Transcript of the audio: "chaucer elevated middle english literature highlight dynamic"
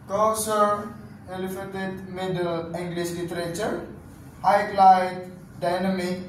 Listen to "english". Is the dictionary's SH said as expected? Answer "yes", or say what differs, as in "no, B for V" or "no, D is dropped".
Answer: no, S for SH